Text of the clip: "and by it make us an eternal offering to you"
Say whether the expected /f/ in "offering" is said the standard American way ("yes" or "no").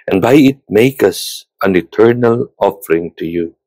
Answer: yes